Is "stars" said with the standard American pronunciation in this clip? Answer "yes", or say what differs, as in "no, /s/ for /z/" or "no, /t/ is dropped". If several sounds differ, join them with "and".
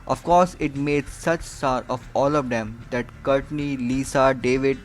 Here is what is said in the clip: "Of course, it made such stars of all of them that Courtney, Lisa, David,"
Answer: no, /z/ is dropped